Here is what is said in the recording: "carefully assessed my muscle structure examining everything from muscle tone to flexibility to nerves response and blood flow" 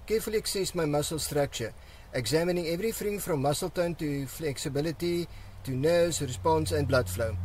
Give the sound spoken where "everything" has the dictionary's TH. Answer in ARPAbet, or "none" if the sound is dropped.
F